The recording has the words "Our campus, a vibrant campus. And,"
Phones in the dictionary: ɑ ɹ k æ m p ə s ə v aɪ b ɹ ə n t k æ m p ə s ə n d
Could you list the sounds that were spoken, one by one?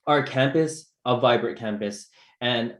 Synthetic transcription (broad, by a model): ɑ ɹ k æ m p ə s ə v aɪ b ɹ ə t k æ m p ə s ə n